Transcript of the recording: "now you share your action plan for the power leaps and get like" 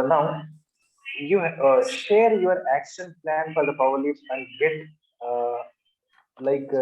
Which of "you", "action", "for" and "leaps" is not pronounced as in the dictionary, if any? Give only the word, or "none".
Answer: leaps